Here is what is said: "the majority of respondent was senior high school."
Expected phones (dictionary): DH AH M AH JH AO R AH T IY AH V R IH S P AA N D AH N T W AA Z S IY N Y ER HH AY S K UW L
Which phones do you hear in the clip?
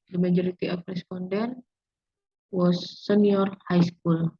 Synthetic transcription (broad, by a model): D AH M AH JH AO R AH T IY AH P R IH S P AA N D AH N W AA S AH N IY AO HH AY S K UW L